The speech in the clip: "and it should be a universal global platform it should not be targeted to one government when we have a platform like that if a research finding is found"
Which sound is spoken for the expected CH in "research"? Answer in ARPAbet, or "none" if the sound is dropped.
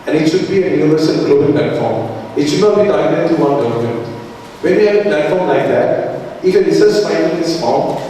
S